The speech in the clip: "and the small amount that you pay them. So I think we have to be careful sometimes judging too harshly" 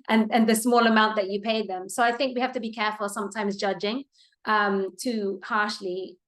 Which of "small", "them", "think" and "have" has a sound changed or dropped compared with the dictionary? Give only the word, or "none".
have